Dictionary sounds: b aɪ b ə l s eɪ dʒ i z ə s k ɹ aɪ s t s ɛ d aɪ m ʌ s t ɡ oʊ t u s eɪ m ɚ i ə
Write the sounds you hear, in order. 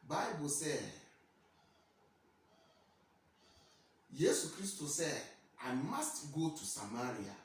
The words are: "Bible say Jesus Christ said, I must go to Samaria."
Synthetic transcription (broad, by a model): b aɪ b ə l s eɪ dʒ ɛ s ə k ɹ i s t s ɛ d aɪ m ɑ s t ɡ oʊ t u s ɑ m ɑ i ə